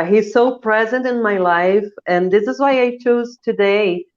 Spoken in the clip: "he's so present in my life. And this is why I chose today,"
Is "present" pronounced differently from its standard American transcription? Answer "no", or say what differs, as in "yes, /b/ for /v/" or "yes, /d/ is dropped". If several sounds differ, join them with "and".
no